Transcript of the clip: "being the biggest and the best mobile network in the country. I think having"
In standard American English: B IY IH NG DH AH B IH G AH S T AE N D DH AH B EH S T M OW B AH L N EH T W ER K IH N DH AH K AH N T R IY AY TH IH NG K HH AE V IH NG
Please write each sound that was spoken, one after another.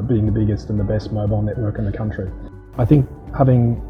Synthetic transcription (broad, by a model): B IY IH NG DH AH B IH G AH S T N DH AH B EH S T M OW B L N EH T W ER K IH N DH AH K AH N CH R IY AY TH IH NG K HH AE V IH NG